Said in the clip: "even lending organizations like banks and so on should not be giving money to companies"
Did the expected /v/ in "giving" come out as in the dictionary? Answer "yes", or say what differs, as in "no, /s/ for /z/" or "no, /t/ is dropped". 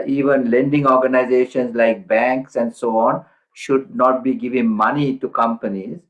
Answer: yes